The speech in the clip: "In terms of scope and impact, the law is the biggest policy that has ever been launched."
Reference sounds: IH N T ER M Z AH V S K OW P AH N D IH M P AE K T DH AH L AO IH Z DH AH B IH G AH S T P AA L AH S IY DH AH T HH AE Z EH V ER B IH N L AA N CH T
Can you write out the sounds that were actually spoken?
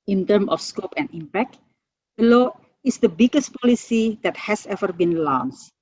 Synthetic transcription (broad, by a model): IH N T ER M AH F S K OW P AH N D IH M P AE K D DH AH L AO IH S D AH B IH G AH S T P AA L AH S IY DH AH T HH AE S EH V ER B IH N L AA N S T